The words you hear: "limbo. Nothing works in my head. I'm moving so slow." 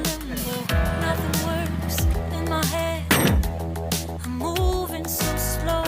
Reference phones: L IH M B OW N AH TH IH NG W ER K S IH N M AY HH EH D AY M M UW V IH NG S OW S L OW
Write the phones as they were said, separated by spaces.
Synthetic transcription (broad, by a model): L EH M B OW N AH TH IH NG W ER S IH N M AY HH EH D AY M M UW V IH NG S OW S L OW